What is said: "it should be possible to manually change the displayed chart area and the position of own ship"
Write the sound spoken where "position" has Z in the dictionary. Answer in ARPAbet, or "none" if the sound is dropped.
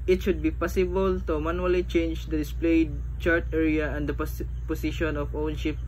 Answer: S